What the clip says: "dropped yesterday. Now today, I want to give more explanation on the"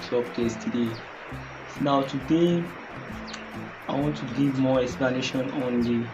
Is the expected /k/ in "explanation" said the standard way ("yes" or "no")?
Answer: yes